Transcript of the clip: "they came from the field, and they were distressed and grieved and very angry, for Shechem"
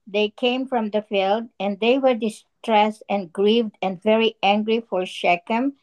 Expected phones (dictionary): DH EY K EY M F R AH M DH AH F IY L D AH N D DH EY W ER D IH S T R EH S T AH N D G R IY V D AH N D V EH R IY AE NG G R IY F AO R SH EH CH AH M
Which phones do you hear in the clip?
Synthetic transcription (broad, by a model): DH EY K EY M F R AH M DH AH F IY L D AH N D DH EY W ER D IH S T R EH S T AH N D G R IY V D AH N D V EH R IY AE NG G R IY F AO R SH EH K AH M